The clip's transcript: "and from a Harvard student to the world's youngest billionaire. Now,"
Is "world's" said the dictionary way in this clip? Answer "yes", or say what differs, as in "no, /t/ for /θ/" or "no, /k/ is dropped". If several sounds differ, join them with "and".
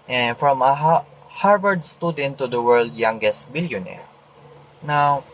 no, /z/ is dropped